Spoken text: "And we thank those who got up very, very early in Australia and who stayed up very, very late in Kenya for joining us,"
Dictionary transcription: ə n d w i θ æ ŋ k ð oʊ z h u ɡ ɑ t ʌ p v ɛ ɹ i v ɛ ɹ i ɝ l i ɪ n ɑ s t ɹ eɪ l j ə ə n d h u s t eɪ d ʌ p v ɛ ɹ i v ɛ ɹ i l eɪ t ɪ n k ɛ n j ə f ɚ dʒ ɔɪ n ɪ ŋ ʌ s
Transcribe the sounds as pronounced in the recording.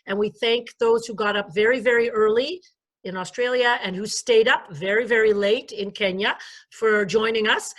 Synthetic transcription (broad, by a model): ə n w i θ æ ŋ k ð oʊ z h u ɡ ɑ t ʌ p v ɛ ɹ i v ɛ ɹ i ɝ l i ɪ n ɑ s t ɹ eɪ l j ə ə n h u s t eɪ d ʌ p v ɛ ɹ i v ɛ ɹ i l eɪ t ɪ n k ɛ n j ə f ɚ dʒ ɔɪ n ɪ ŋ ʌ s